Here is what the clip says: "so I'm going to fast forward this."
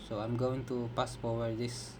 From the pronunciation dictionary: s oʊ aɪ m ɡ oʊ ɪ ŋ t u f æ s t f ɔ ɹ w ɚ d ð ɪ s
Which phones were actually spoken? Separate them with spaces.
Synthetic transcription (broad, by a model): s oʊ aɪ m ɡ oʊ ɪ ŋ t u p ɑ s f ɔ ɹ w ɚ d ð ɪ s